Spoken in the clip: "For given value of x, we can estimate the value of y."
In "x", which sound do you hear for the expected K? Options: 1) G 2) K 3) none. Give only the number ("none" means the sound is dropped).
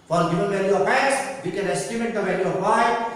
3